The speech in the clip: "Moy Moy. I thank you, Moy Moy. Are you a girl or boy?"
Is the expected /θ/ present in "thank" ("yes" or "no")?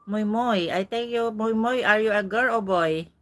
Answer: no